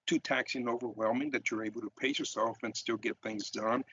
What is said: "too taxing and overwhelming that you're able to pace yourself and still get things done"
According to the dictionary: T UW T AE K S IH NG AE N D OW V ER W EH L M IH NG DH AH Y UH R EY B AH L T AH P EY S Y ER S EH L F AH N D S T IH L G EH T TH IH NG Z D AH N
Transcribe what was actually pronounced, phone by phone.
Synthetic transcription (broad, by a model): T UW T AE K S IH N OW V ER W EH L M IH NG DH AH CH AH R EY B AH L T AH P EY Y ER S EH L F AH N S T IH L G EH T TH IH NG Z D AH N